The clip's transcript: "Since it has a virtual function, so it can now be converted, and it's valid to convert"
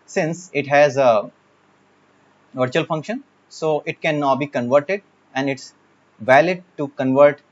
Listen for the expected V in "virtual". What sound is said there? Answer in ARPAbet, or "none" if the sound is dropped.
V